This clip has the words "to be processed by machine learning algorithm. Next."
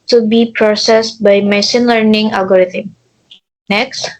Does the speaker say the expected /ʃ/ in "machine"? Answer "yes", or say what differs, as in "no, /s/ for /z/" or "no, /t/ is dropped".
no, /s/ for /ʃ/